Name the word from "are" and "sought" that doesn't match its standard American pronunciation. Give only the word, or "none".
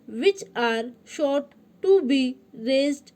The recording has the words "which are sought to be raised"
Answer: sought